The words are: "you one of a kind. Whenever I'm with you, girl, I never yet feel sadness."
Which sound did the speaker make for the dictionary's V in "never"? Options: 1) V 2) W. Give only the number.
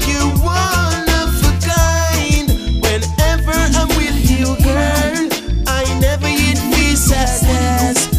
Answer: 1